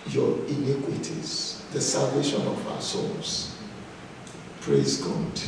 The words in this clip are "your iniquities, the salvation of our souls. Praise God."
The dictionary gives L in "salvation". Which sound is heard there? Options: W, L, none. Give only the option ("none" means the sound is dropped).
L